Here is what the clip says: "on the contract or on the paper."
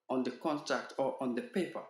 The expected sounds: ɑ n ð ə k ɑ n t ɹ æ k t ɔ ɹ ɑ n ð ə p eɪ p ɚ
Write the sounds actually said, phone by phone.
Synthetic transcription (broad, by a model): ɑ n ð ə k ɑ n t ɹ æ k t ɔ ɹ ɑ n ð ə p eɪ p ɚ